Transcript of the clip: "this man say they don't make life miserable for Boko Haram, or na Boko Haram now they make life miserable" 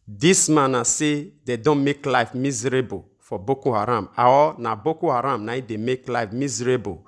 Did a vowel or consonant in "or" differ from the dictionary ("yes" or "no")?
yes